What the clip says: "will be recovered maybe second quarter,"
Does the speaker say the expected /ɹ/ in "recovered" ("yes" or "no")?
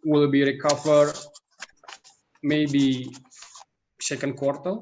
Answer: yes